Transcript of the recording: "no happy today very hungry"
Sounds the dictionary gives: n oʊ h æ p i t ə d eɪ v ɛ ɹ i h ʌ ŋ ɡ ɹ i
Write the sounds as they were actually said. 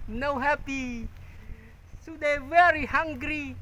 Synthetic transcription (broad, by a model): n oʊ h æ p i s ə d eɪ v ɛ ɹ i h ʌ ŋ ɡ ɹ i